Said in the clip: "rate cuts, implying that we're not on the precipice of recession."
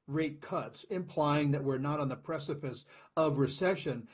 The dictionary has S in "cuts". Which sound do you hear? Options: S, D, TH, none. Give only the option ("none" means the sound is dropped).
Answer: S